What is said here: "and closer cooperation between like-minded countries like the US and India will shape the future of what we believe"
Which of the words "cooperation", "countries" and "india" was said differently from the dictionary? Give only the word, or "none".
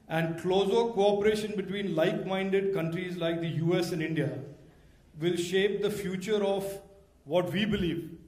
none